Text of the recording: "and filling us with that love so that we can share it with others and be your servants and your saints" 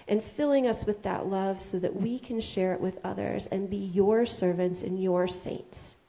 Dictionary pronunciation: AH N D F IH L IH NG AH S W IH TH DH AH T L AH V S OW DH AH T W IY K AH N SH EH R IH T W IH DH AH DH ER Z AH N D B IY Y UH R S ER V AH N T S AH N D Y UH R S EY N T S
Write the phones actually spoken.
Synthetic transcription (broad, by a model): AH N F IH L IH NG AH S W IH DH AH T L AH V S OW DH AH T W IY K AH N SH EH R IH T W IH DH AH DH ER Z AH N B IY Y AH R S ER V AH N T S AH N Y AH R S EY N T S